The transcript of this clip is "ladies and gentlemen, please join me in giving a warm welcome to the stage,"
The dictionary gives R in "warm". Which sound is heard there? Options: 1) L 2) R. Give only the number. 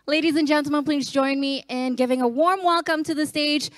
2